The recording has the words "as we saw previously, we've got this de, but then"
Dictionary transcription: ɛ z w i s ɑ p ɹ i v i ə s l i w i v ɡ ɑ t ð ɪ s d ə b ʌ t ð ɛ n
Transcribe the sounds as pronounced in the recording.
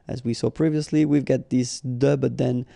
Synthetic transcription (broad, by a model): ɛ z w i s ɑ p ɹ i v i ə s l i w i v ɡ ɑ t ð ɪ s d ə b ʌ t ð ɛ n